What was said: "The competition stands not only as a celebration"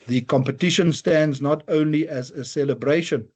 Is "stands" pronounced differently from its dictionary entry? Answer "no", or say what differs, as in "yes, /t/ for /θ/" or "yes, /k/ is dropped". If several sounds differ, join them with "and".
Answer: no